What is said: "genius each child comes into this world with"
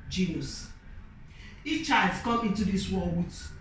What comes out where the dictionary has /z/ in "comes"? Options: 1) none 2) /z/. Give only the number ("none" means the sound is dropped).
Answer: 1